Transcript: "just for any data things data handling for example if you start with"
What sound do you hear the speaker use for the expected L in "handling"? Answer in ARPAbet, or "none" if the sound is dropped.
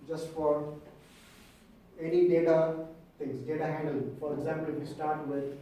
none